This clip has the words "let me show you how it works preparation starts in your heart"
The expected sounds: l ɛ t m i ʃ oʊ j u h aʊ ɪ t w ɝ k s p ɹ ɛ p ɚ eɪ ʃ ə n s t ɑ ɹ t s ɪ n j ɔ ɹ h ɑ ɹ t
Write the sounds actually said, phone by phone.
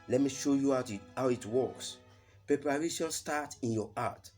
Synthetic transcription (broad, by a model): l ɛ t m i ʃ oʊ j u h aʊ ɪ t w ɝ k s p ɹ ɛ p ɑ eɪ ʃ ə l s t ɑ t ɪ n j ɔ ɑ t